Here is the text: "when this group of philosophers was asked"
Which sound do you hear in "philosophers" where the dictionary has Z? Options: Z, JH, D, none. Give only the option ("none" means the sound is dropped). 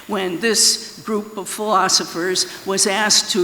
Z